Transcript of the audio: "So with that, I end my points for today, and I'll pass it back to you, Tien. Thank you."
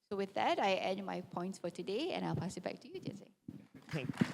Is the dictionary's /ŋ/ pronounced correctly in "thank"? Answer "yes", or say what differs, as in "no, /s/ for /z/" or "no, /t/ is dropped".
no, /ŋ/ is dropped